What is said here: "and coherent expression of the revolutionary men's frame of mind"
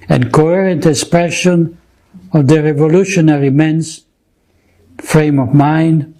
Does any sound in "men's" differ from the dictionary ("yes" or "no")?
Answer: yes